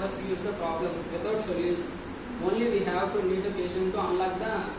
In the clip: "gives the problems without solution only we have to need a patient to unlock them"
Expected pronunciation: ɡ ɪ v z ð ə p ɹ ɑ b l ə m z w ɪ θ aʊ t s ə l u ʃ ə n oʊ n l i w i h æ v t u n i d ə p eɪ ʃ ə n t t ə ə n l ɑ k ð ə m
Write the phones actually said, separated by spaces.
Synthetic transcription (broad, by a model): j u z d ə p ɹ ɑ b l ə m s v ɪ t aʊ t s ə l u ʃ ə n oʊ n l i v i h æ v t u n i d ə p eɪ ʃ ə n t t ə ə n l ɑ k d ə